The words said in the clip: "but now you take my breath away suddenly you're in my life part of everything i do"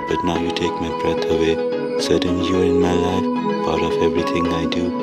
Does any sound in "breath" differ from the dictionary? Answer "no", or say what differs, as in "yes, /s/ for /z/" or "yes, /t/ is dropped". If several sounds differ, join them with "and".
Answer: yes, /t/ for /θ/